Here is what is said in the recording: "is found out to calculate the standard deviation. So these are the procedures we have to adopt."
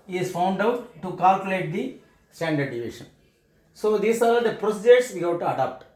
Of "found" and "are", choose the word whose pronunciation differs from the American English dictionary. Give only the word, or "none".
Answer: none